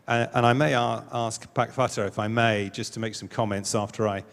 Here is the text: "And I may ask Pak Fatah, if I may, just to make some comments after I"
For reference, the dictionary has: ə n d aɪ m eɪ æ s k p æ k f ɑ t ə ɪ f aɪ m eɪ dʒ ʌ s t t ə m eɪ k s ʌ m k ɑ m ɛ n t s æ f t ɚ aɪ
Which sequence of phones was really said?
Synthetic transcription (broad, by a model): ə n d aɪ m eɪ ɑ s k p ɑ k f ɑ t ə ɪ f aɪ m eɪ dʒ ʌ s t t ə m eɪ k s ʌ m k ɑ m ɛ n t s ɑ f t ɚ aɪ